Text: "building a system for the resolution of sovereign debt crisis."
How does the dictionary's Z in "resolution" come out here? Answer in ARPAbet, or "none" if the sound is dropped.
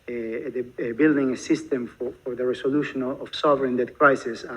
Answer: S